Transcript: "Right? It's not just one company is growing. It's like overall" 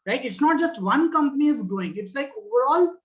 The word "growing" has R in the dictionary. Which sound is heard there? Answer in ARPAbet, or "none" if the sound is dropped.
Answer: none